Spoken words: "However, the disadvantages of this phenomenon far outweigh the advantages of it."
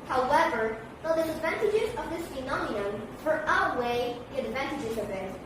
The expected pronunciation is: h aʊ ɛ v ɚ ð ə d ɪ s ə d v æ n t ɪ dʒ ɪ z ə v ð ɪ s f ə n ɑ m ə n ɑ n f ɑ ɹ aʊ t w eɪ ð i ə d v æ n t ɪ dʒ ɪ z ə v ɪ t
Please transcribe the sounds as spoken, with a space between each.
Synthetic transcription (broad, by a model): h aʊ ɛ v ɚ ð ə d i ə d v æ n t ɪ dʒ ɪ z ə v ð ɪ s f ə n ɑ m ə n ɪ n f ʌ ɹ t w eɪ ð i ə d v æ n t ɪ dʒ ɪ z ə v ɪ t